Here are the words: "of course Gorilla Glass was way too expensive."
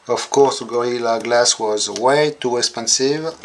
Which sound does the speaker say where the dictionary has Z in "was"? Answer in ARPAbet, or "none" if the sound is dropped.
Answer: Z